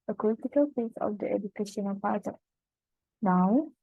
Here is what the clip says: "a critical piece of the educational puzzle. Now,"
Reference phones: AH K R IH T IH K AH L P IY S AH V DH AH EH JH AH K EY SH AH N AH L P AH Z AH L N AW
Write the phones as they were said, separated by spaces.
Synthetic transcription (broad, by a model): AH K L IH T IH K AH L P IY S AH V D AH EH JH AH K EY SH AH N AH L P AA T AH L N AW